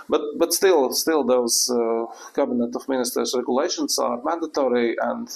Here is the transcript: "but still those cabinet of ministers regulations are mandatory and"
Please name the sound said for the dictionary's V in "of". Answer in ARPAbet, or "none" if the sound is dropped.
F